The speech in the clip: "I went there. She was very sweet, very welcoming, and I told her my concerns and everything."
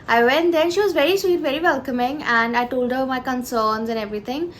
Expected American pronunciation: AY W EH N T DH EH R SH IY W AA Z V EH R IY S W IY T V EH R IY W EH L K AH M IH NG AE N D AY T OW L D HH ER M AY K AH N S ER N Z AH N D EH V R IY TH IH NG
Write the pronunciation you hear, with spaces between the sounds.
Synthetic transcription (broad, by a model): AY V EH N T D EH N SH IY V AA Z V EH R IY S W IY T V EH R IY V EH L K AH M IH NG AE N D AY T OW L D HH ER M AY K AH N S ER N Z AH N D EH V R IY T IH NG